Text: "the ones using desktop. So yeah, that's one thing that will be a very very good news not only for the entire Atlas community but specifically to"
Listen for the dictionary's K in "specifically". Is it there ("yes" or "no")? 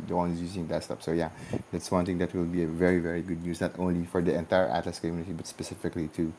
yes